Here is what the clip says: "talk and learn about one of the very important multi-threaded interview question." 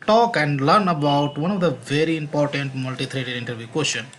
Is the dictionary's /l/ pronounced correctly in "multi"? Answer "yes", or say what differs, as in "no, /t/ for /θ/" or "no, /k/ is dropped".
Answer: yes